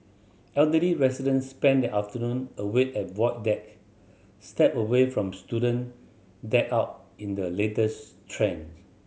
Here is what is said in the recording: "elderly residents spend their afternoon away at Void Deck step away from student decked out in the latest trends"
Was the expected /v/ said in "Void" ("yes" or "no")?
no